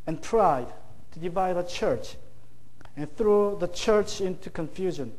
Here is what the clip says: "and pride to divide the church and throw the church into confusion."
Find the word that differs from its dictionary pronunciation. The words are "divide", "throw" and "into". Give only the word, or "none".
none